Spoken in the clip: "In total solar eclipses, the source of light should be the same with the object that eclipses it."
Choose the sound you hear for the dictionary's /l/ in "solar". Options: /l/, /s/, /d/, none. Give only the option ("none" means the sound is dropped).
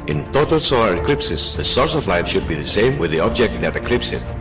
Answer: /l/